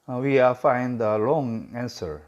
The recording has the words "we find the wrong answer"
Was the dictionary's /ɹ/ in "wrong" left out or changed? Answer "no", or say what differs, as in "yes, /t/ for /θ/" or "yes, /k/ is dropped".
yes, /l/ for /ɹ/